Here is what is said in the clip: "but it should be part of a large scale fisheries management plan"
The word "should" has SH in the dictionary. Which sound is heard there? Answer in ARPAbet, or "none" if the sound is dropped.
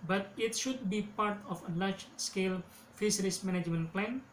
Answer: SH